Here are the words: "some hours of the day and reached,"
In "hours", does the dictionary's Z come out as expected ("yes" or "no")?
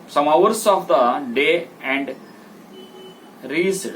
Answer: no